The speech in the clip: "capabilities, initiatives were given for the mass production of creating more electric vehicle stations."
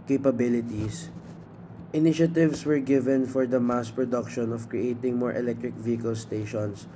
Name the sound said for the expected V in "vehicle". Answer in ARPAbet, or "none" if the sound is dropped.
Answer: V